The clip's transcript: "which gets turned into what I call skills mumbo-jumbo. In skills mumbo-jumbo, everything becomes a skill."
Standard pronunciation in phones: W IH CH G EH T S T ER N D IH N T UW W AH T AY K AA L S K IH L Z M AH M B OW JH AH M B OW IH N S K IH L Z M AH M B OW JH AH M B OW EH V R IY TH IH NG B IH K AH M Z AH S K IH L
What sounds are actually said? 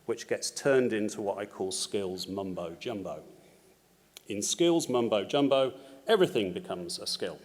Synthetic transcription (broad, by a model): W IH CH G EH T S T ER N D IH N T UW W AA T AY K AA L S K IH L Z M AH M B OW JH AH M B OW IH N S K IH L Z M AH M B OW JH AH M B OW EH V R IY TH IH NG B IH K AH M Z AH S K IH L